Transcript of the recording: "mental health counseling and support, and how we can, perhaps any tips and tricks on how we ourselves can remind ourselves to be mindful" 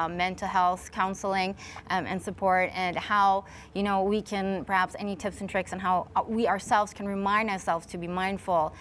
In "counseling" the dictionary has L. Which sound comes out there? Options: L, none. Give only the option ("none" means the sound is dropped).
L